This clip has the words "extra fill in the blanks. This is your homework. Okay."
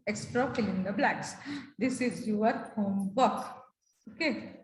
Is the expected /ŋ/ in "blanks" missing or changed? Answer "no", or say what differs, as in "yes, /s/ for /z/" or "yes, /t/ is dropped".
yes, /ŋ/ is dropped